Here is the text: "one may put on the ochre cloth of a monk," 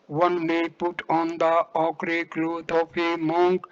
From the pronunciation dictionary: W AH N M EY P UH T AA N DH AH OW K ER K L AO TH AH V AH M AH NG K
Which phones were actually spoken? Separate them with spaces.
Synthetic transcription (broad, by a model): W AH N M EY P UH T AA N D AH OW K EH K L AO T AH P AH M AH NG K